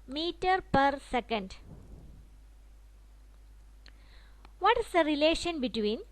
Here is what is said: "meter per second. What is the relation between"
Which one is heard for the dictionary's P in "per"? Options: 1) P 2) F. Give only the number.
1